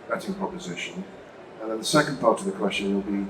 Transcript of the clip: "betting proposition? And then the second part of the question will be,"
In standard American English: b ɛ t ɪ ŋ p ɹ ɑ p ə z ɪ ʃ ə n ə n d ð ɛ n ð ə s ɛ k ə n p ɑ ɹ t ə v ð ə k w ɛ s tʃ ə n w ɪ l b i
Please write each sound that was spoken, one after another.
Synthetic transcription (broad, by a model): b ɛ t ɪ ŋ p ɹ ɑ p ə z ɪ ʃ ə n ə n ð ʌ n ð ə s ɛ k ə n p ɑ ɹ t ə v ð ə k w ɛ s tʃ ə n w ɪ l b i